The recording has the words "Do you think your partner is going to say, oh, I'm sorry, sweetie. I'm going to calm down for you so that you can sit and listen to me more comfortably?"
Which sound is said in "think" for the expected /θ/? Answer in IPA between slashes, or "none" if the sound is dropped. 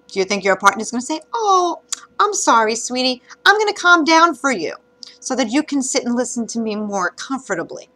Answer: /θ/